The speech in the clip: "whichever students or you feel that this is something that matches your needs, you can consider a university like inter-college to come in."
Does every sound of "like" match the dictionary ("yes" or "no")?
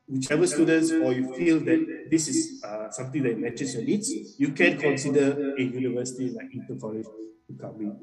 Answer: no